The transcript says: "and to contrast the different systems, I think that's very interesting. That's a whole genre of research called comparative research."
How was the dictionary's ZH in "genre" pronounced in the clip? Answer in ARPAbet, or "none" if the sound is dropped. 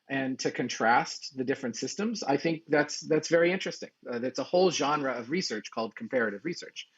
ZH